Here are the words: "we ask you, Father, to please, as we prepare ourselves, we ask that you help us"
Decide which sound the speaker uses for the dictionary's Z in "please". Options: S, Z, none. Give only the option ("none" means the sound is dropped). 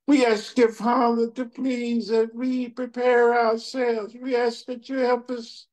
Z